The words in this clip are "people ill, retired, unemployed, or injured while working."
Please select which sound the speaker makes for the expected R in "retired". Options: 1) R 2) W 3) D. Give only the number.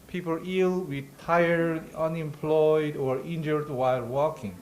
2